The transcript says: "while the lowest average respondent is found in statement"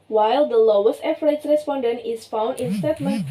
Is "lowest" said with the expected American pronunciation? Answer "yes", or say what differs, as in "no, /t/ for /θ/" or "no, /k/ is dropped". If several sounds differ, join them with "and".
yes